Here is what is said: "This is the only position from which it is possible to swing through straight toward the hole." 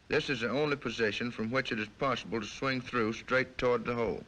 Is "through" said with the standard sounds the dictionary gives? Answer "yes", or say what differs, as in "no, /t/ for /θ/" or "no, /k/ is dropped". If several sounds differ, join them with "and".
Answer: yes